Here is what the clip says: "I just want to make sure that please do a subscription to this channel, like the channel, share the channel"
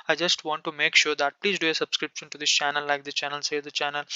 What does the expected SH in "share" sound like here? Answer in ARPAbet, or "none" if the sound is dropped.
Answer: S